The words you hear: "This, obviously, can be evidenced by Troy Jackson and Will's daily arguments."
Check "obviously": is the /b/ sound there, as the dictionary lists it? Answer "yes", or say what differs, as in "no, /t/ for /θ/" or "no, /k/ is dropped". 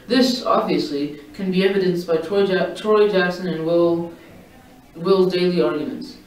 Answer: yes